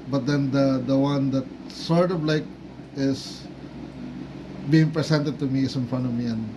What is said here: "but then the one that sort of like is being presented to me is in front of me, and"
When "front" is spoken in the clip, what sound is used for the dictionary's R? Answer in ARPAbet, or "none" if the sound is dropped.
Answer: none